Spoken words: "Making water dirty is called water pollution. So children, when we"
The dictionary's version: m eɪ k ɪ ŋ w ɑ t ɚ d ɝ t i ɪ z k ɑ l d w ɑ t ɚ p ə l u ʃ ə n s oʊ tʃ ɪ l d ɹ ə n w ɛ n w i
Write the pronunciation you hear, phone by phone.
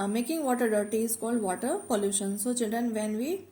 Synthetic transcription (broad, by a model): m eɪ k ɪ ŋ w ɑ t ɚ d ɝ t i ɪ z k ɑ l d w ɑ t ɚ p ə l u ʃ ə n s oʊ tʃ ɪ d ə n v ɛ n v i